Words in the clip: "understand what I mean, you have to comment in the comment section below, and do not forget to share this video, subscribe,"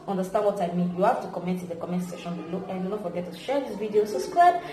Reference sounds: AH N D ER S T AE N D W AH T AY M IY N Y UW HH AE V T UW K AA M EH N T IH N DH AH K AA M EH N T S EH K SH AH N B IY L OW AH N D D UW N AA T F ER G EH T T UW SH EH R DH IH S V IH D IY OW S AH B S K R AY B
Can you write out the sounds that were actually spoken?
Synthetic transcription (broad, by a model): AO N D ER S T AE N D W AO T AY M IY N Y UW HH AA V T UW K AA M EH N T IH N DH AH K AA M EH N T S EH SH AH N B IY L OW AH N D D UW N AA T F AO G EH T T UW SH EH R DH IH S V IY D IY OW S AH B S K R AY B